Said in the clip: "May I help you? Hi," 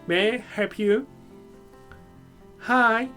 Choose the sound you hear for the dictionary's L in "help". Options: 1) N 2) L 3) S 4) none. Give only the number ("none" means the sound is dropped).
4